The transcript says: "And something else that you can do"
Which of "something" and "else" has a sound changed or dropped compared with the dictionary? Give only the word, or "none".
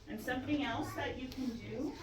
none